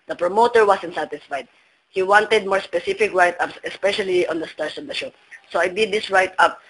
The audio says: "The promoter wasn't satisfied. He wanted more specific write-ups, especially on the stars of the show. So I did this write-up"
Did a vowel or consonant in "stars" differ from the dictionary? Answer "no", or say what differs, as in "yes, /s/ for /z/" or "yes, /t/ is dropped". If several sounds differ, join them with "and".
yes, /s/ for /z/